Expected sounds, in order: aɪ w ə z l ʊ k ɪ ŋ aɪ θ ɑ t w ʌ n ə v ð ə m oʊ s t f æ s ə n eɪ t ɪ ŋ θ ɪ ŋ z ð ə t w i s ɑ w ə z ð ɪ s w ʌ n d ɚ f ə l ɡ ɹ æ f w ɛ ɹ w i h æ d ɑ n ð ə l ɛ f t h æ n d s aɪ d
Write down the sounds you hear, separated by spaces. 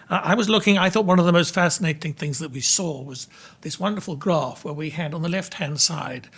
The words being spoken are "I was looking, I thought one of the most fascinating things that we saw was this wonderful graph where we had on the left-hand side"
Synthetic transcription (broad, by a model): aɪ w ə z l ʊ k ɪ ŋ aɪ θ ɑ t w ʌ n ə v ð ə m oʊ s t f æ s ə n eɪ t ɪ ŋ θ ɪ ŋ z ð ə t w i s ɑ w ə z ð ɪ s w ʌ n d ɚ f l ɡ ɹ æ f w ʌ ɹ w i h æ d n ð ə l ɛ f t h æ n d s aɪ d